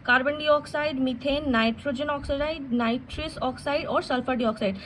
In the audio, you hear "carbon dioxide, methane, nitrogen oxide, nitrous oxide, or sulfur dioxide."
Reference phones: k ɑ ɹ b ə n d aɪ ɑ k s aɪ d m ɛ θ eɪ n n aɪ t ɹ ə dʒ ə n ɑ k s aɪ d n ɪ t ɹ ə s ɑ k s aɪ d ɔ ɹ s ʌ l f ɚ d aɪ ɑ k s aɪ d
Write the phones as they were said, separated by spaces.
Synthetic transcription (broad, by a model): k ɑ ɹ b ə n d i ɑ k s aɪ d m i t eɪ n n aɪ t ɹ ə dʒ ə n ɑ k s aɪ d n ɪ t ɹ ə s ɑ k s aɪ d ɔ ɹ s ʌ l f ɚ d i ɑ k s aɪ d